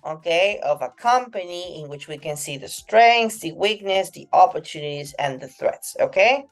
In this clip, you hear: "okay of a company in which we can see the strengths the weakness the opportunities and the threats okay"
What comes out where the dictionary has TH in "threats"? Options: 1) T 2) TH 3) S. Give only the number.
2